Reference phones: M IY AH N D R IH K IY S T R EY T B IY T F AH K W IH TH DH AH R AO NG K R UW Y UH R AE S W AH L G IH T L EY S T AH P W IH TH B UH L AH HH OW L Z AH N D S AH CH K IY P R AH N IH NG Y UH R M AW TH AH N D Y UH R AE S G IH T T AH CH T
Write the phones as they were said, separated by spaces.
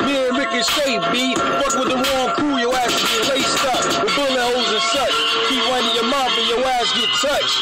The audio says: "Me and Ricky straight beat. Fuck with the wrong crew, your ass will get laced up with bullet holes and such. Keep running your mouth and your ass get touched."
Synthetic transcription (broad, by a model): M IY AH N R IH K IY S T EY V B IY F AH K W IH DH AH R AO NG K R UW Y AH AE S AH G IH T L EY S T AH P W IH B UH L AH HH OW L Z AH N S AH CH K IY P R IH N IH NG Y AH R M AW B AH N Y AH W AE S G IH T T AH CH